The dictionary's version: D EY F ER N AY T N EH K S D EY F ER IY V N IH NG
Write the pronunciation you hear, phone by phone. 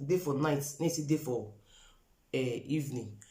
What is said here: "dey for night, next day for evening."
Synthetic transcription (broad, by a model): D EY F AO N AY T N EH S D EY F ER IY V N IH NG